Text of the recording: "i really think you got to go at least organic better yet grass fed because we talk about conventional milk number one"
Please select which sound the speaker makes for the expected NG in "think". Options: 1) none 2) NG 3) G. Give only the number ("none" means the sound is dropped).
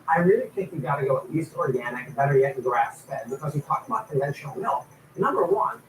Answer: 1